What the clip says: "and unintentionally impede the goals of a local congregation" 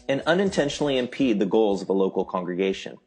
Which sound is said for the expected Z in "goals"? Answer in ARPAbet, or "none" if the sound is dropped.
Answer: Z